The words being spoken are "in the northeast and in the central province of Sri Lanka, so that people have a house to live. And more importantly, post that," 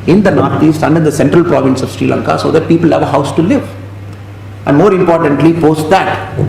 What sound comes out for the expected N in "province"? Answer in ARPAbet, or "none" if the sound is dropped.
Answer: N